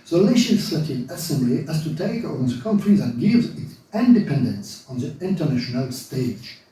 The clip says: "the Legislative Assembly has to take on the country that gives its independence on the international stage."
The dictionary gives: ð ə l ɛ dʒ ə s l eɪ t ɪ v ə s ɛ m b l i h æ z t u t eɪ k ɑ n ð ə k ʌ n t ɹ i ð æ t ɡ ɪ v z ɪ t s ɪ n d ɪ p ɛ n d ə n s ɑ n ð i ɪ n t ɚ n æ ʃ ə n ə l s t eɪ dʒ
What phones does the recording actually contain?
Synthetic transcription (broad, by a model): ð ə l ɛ ʃ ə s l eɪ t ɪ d ə s ɛ m b l i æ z t u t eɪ k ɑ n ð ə k ʌ n t ɹ i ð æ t ɡ ɪ v z ɪ t s ɪ n d ɪ p ɛ n d ə n s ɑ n ð i ɪ n t ɚ n æ ʃ ə n ə l s t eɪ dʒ